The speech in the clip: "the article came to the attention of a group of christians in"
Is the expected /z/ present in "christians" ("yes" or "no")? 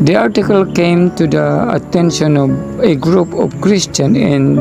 no